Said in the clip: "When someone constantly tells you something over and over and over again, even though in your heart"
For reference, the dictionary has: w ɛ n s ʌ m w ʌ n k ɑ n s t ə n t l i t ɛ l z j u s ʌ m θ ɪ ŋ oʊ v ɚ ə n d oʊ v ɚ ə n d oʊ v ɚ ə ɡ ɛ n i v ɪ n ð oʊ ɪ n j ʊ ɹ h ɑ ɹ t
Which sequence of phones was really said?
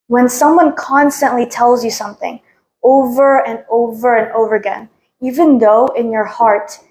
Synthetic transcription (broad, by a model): w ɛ n s ʌ m w ʌ n k ɑ n s t ə n t l i t ɛ l z j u s ʌ m θ ɪ ŋ oʊ v ɚ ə n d oʊ v ɚ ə n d oʊ v ɚ ə ɡ ɛ n i v ɪ n ð oʊ ɪ n j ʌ ɹ h ɑ ɹ t